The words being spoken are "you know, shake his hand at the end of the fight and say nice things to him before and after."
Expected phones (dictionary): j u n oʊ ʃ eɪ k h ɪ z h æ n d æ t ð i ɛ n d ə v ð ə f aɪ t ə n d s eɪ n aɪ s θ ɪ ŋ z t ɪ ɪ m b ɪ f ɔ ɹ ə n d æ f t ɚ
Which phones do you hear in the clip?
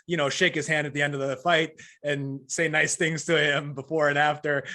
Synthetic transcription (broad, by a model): j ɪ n oʊ ʃ eɪ k h ɪ z h æ n d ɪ t ð i ɛ n d ə v ð ə f aɪ t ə n s eɪ n aɪ s θ ɪ ŋ z t ɪ ɪ m b ɪ f ɔ ɹ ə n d æ f t ɚ